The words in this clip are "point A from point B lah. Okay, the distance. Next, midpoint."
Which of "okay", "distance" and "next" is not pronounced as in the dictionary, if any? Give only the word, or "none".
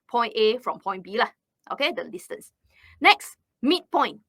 distance